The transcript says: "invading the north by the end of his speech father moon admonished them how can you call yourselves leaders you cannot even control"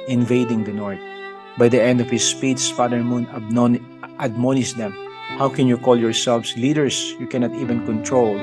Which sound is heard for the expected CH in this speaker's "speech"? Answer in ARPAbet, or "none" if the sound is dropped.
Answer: S